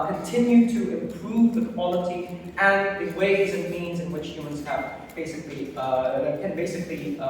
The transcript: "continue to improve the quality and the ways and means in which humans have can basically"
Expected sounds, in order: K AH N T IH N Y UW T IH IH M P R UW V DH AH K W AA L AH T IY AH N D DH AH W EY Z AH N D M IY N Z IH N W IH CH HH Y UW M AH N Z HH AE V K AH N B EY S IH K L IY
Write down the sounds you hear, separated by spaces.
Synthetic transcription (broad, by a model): K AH N T IH N Y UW T IH IH M P R UW V DH AH K W AA L AH T IY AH N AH W EY Z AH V M IY N Z IH N W IH CH HH Y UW M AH N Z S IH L K AH N B EY S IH K L IY